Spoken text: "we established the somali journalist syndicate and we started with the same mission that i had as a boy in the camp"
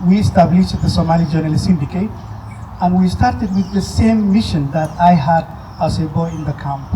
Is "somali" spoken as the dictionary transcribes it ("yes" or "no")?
yes